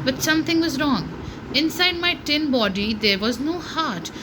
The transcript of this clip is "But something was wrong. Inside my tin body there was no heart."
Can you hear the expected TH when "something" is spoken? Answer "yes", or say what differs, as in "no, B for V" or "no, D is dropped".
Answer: no, T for TH